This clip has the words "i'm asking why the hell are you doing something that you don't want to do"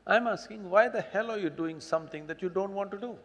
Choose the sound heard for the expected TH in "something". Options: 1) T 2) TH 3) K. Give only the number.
1